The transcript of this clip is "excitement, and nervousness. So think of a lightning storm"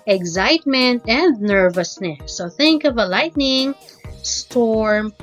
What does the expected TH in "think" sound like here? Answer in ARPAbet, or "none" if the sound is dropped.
TH